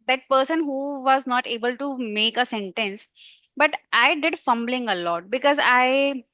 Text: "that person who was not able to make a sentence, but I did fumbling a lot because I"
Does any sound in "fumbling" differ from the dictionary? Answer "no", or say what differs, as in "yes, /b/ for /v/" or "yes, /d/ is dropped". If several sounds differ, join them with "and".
no